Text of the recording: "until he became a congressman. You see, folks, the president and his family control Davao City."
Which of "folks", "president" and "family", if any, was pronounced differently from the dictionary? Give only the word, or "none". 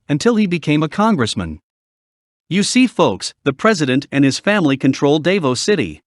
none